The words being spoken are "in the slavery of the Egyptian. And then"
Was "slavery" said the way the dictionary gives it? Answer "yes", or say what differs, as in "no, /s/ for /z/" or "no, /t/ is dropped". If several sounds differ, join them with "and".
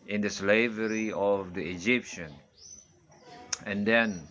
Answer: yes